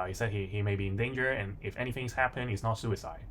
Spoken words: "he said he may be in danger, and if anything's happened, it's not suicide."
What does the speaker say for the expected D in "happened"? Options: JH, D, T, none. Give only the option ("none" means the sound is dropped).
none